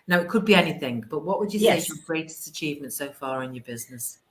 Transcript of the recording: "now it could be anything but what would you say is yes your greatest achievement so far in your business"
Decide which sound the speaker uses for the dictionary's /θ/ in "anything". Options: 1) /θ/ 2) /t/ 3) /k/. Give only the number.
1